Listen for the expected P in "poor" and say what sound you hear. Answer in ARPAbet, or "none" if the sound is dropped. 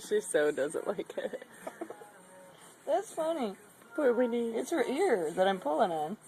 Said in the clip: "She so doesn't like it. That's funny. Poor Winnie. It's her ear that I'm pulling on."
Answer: B